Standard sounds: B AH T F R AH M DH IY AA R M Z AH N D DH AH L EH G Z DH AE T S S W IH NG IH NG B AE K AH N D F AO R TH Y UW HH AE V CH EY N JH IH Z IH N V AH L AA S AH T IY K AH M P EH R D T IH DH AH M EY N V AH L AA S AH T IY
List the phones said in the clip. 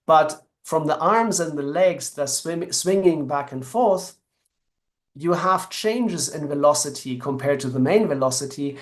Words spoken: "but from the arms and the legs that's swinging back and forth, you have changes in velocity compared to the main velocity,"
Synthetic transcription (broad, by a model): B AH T F R AH M DH IY AA R M Z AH N DH AH L EH G Z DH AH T S S W IH NG IH NG B AE K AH N F AO R TH Y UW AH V CH EY N JH IH Z IH N V AH L AA S AH T IY K AH M P EH R D T IH DH AH M EY N V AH L AA S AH T IY